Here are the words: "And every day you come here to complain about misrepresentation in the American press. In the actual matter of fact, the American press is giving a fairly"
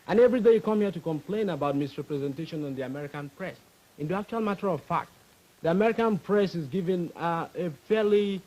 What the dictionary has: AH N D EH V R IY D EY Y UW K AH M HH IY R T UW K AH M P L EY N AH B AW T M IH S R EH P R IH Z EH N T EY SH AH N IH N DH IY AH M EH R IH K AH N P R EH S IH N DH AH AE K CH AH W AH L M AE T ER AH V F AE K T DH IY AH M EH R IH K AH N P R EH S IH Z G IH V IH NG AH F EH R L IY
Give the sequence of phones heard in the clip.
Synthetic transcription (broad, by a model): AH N EH V R IY D EY Y UW K AH M HH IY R T UW K AH M P L EY N AH B AW T M IH S R EH P R IH Z EH N T EY SH AH N IH N DH IY AH M EH R IH K AH N P R EH S IH N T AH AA K CH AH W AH L M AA T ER AH V F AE K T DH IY AH M EH R IH K AH N P R EH S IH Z G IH V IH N AH F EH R L IY